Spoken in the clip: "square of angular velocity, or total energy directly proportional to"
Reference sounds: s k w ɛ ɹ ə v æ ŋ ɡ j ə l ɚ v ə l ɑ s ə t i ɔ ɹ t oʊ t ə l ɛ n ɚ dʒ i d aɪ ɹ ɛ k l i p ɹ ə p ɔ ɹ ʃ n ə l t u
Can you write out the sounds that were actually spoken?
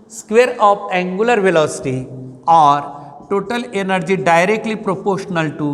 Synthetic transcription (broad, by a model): s k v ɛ ɹ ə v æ ŋ ɡ j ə l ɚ v ə l ɑ s ə t i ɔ ɹ t oʊ t ə l ɛ n ɚ dʒ i d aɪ ɹ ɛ k l i p ɹ ə p ɔ ɹ ʃ n ə l t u